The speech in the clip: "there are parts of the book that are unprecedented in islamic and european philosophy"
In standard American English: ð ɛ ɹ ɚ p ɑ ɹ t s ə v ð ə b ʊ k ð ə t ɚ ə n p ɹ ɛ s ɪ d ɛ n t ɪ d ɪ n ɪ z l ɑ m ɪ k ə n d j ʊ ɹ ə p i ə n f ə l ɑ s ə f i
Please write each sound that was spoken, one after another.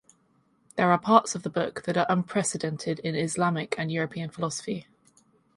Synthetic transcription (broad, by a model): ð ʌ ɹ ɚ p ɑ t s ə v ð ə b ʊ k ð ə t ɚ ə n p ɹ ɛ s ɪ d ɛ n t ɪ d ɪ n ɪ z l ɑ m ɪ k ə n j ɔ ɹ ə p i ə n f ə l ɑ s ə f i